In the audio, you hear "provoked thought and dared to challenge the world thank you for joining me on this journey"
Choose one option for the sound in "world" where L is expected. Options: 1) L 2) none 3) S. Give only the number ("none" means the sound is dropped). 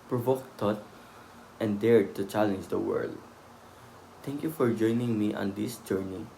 1